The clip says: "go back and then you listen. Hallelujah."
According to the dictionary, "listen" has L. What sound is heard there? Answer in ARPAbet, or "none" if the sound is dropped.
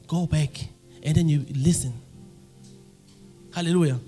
L